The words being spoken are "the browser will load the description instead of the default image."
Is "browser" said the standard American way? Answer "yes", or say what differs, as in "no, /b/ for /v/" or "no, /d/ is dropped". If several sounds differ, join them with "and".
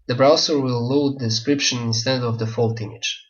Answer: no, /s/ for /z/